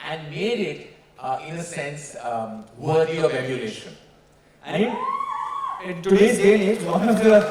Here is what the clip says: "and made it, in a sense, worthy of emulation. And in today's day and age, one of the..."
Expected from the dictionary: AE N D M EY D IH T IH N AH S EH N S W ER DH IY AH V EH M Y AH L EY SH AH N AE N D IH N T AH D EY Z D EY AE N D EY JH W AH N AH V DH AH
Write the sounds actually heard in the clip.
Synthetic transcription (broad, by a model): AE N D M EY D IH T IH N AH S EH N S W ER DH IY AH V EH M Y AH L EY SH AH N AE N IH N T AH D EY D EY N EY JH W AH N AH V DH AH